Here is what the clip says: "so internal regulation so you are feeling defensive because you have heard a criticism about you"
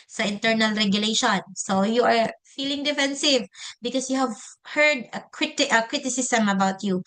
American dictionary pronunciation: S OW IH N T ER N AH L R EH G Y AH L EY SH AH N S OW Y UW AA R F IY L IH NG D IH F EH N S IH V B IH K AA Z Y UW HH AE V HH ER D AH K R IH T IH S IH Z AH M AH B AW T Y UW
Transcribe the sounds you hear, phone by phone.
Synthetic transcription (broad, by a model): S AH IH N T ER N AH L R EH G Y AH L EY SH AH N S OW Y UW AA R F IY L IH NG D IH F EH N S IH V B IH K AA S Y UW HH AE V HH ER D AH K R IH T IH S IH S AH M AH B AW T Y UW